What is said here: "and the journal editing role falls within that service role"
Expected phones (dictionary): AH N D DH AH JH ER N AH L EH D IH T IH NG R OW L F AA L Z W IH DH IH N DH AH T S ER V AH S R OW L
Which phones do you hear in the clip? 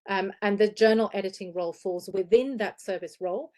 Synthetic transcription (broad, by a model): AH N DH AH JH ER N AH L EH D IH T IH NG R OW L F AA L Z W IH DH IH N DH AH T S ER V AH S R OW L